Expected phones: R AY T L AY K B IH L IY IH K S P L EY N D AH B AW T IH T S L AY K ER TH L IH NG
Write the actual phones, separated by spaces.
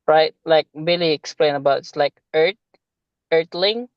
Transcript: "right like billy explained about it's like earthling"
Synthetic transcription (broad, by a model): R AY T L AY K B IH L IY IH K S P L EY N AH B AW T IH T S L AY K ER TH L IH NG